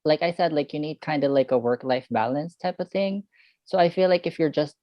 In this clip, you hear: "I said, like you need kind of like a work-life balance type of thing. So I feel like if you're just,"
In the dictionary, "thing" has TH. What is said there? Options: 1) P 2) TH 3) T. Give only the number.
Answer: 2